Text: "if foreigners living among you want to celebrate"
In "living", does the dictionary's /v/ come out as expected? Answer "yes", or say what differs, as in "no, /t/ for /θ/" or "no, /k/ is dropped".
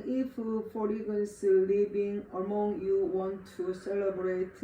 no, /b/ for /v/